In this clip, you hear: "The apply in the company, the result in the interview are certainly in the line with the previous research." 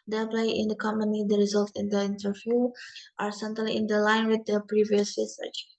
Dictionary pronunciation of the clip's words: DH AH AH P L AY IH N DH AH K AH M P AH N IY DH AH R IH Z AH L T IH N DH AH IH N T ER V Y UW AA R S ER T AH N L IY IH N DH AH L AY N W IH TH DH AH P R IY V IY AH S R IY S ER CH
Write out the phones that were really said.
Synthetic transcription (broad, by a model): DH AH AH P L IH IH N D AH K AH M P AH N IY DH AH R IH Z AH L T IH N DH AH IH N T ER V Y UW AA R S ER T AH L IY IH N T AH L AY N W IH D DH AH P R IY V IY AH S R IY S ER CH